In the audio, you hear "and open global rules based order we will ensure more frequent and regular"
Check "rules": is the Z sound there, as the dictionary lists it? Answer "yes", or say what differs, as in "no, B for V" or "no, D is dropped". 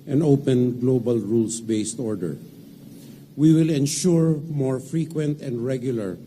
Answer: no, S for Z